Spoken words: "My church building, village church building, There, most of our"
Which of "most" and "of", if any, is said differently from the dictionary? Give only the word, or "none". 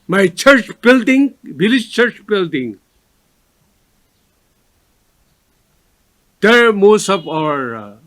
of